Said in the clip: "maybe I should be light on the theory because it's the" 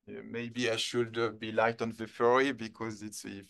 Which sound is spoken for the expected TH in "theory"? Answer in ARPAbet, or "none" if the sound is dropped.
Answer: F